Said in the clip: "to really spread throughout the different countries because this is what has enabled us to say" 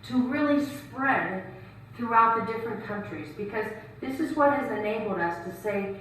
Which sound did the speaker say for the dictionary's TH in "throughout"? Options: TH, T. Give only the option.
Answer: TH